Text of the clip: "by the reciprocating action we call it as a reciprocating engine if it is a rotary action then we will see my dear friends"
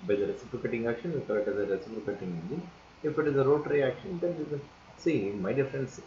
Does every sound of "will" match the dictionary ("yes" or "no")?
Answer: no